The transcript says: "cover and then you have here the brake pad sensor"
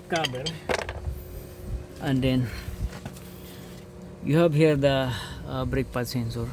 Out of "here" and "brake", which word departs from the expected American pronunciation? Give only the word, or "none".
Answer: none